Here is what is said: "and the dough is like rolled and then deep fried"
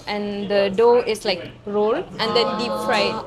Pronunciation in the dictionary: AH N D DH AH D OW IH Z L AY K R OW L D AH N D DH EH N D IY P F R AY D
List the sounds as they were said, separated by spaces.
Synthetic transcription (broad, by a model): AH N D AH D OW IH S L AY K R OW L AH N D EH N D IY P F R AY